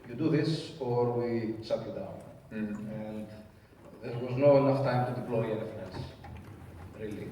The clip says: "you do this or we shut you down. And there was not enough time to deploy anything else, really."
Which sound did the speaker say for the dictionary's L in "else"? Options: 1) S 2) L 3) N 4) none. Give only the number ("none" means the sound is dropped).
3